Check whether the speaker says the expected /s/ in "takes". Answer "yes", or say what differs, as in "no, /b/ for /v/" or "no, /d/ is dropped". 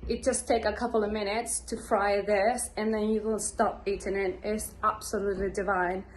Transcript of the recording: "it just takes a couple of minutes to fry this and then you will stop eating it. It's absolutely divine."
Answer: no, /s/ is dropped